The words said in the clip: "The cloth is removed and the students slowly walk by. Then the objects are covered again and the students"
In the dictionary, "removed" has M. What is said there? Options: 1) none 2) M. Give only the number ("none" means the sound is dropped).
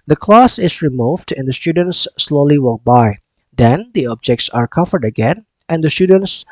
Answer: 2